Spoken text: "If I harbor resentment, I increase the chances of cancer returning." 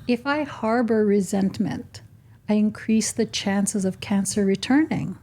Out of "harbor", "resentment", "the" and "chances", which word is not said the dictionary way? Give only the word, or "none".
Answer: none